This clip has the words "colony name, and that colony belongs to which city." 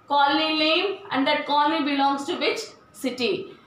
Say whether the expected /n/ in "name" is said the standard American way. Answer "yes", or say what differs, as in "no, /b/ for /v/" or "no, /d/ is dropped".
no, /l/ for /n/